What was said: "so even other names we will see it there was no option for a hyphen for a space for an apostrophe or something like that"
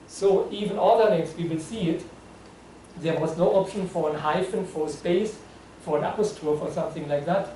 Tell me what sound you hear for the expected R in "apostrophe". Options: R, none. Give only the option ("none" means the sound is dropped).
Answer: none